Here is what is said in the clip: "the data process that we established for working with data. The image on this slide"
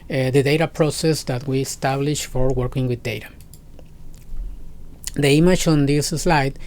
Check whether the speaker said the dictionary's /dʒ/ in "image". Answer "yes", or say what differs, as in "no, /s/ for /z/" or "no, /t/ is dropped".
no, /tʃ/ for /dʒ/